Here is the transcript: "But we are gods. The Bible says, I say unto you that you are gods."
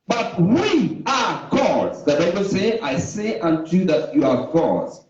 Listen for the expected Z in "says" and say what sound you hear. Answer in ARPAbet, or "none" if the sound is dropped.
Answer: none